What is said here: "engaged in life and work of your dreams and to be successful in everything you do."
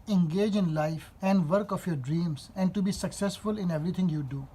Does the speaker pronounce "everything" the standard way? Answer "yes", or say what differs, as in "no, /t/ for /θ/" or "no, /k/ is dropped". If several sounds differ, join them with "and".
no, /t/ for /θ/